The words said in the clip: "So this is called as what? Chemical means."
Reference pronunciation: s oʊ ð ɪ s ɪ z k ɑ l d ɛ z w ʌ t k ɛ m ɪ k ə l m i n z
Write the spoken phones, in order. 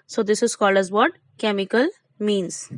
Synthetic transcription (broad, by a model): s oʊ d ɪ s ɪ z k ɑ l ʌ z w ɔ t k ɛ m ɪ k ə l m i n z